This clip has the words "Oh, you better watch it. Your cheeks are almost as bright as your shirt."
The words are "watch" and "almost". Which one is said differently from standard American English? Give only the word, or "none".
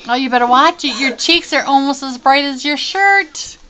none